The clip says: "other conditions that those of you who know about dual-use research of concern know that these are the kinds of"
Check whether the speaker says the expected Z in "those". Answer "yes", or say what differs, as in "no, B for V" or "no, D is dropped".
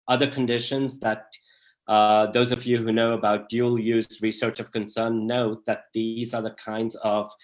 yes